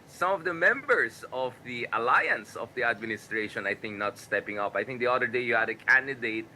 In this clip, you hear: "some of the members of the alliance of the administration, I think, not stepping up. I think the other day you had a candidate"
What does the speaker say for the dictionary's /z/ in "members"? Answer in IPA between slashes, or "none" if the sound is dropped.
/s/